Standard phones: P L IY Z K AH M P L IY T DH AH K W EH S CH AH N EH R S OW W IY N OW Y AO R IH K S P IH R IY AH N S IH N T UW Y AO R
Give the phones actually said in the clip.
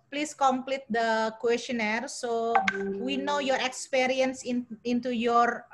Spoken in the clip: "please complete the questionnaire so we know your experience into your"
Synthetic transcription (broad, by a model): P L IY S K AH M P L IY T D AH K W EH S CH AH N EH R S OW W IY N OW Y AO R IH K S P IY R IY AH N S IH N T UW Y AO R